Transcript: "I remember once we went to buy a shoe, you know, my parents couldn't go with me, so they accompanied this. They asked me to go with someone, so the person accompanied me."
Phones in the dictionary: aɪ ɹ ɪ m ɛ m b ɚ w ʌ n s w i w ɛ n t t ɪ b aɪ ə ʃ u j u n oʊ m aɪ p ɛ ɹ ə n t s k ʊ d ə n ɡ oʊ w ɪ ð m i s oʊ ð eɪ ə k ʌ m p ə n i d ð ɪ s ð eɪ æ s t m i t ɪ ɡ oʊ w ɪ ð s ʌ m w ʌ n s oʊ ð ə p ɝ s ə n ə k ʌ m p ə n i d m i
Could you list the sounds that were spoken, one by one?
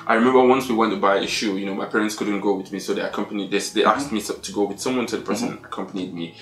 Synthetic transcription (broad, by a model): aɪ ɹ ɪ m ɛ m b ɚ w ʌ n s w i w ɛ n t t ɪ b aɪ ə ʃ u j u n oʊ m aɪ p ɛ ɹ ə n t s k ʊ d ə n ɡ oʊ w ɪ ð m i s oʊ ð eɪ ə k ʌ m p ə n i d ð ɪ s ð eɪ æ s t m i t ɪ ɡ oʊ w ɪ ð s ʌ m w ʌ n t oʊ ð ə p ɝ s ə n ə k ʌ m p ə n i d m i